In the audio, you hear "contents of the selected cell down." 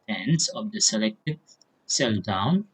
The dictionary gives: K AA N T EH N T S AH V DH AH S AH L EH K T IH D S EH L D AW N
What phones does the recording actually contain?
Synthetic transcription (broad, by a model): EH N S AH V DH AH S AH L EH K T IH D S EH L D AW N